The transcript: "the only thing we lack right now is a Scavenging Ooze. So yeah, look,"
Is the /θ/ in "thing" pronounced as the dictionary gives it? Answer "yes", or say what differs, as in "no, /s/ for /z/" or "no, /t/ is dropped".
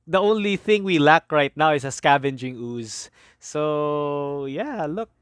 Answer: yes